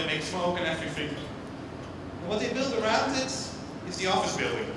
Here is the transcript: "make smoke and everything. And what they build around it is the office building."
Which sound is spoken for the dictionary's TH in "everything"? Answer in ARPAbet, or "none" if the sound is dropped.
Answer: F